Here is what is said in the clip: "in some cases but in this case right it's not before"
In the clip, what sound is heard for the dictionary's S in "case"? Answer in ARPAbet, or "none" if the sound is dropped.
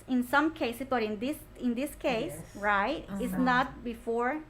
S